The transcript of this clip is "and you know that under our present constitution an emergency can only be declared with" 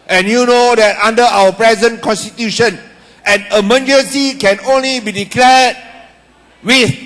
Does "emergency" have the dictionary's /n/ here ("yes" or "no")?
no